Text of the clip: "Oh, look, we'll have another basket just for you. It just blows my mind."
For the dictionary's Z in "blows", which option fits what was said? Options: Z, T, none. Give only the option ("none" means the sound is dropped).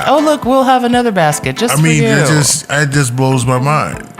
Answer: Z